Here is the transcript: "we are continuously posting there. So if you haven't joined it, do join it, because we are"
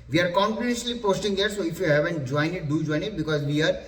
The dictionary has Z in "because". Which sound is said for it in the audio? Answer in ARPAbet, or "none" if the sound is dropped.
Z